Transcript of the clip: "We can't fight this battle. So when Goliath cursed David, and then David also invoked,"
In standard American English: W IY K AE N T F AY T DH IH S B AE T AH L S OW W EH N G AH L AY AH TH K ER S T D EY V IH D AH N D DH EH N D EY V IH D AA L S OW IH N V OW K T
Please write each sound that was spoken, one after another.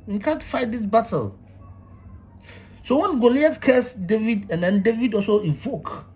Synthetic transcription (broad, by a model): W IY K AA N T F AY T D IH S B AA T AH L S OW W EH N G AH L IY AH T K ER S D EY V IH D AH N D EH N D EY V IH D AA L S OW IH V OW K